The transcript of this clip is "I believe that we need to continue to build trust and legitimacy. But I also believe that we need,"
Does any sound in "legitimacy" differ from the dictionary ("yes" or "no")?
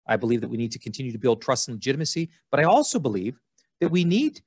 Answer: no